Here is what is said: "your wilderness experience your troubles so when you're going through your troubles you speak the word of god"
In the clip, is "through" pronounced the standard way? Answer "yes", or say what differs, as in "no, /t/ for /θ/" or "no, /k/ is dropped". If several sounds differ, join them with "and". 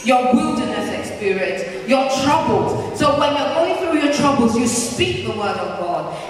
yes